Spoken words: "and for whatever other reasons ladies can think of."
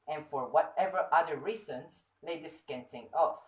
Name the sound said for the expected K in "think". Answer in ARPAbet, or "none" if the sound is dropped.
none